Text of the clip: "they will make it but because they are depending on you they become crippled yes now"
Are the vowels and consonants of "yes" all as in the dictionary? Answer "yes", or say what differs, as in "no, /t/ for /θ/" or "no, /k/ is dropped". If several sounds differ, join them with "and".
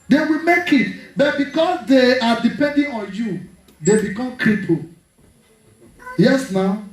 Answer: yes